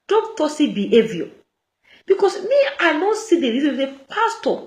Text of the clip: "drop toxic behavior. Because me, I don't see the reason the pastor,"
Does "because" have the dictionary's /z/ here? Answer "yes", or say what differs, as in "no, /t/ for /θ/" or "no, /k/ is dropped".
no, /s/ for /z/